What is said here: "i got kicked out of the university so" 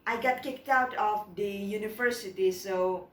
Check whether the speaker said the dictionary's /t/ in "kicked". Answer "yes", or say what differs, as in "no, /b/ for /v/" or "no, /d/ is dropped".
yes